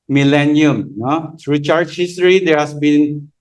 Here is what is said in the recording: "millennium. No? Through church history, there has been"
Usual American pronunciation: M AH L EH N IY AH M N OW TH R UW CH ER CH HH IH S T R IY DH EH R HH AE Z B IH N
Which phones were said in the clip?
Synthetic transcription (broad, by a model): M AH L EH N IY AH M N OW T R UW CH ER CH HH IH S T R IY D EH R HH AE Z B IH N